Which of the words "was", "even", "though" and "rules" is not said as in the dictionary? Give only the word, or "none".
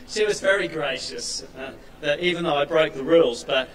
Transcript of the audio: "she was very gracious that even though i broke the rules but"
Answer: none